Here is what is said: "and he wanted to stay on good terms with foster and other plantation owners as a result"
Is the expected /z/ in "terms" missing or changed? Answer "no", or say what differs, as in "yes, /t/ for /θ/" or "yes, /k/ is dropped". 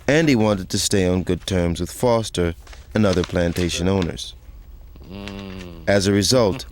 no